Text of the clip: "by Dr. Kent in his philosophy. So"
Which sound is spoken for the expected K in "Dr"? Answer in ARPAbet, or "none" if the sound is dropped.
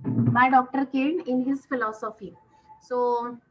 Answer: K